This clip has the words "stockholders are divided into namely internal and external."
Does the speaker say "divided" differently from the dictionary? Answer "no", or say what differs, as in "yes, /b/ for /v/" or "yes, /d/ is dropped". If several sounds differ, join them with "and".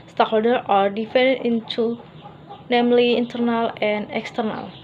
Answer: yes, /f/ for /v/